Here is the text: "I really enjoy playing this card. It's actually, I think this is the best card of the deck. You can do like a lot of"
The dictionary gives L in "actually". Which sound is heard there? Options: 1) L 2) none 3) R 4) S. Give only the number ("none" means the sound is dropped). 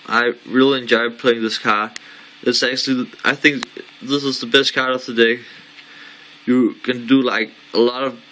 1